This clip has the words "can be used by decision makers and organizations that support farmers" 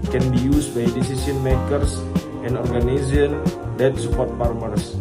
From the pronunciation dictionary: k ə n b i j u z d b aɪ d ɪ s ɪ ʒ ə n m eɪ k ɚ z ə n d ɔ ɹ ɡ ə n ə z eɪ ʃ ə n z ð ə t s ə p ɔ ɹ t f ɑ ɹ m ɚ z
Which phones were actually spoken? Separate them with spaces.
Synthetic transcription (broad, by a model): k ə n b i j u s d b aɪ d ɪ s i s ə n m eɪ k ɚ s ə n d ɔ ɹ ɡ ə n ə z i ə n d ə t s ə p ɔ ɹ t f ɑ ɹ m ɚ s